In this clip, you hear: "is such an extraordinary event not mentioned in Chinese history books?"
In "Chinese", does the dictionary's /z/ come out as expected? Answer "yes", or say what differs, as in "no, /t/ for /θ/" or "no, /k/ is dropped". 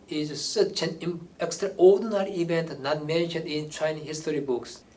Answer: no, /z/ is dropped